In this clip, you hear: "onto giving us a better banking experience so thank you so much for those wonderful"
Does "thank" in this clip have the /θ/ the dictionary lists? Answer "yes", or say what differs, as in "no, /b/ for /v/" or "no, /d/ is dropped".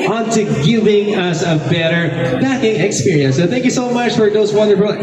yes